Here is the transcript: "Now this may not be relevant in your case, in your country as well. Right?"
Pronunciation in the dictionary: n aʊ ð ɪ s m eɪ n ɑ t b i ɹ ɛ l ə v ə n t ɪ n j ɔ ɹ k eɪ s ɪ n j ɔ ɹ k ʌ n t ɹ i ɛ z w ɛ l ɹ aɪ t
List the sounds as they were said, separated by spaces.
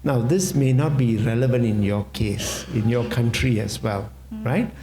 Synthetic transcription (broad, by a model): n aʊ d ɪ s m eɪ n ɑ t b i ɹ ɛ l ə v ə n t ɪ n j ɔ k eɪ s ɪ n j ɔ k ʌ n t ɹ i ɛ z w ɛ l ɹ aɪ t